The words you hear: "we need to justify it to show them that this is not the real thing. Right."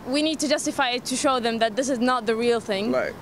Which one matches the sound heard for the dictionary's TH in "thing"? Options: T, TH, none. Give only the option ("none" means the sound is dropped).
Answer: TH